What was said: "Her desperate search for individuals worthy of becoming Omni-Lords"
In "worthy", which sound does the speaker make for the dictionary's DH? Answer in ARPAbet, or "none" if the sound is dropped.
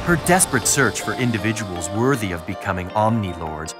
DH